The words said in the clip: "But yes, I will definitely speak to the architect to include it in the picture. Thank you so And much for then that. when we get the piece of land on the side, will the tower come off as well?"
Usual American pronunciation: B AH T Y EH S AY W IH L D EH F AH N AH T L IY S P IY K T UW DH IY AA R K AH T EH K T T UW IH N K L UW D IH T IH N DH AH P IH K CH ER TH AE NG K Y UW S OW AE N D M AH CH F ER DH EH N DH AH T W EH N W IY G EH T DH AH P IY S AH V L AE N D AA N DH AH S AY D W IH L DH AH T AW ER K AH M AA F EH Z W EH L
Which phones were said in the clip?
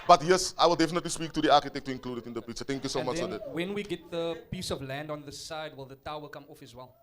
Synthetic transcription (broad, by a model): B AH T Y EH S AY W IH L D EH F AH N AH T L IY S P IY K T UW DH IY AA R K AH T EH K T T UW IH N K L UW D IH T IH N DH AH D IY CH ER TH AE NG K Y UW S OW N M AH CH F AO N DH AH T W EH N W IY G EH T DH AH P IY S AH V L AE N D AA N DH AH S AY D W IH L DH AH T AW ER K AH M AA F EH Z W EH L